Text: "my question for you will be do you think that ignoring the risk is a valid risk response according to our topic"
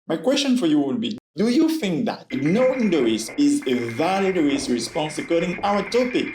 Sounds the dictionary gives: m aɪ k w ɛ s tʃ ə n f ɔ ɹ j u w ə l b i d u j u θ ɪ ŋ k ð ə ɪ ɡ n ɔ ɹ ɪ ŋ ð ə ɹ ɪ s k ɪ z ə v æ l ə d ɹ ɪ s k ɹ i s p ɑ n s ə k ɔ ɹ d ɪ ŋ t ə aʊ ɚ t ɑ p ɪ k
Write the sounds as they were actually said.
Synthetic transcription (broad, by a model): m aɪ k w ɛ s tʃ ə n f ɔ ɹ j u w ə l b i d u j u θ ɪ ŋ k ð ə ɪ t n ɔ ɪ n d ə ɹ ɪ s ɪ z ə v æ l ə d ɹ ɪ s ɹ i s p ɑ n s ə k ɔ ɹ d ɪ ŋ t aʊ ɚ t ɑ p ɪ k